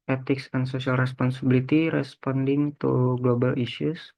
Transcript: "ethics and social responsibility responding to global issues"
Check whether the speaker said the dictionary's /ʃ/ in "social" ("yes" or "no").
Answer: no